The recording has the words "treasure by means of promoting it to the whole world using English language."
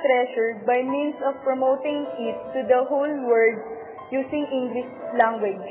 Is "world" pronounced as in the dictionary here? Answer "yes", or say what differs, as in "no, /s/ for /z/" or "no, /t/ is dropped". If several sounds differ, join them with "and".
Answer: no, /l/ is dropped